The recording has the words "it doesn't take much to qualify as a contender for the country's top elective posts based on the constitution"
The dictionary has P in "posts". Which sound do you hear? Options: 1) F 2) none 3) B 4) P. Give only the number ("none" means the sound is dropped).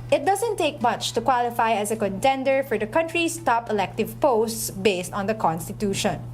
4